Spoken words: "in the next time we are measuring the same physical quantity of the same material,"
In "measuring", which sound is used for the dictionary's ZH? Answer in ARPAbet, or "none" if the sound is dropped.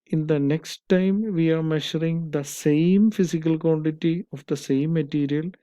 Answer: SH